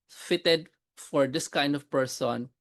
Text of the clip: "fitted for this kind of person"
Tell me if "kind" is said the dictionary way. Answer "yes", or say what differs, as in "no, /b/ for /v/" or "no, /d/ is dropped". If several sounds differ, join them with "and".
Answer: yes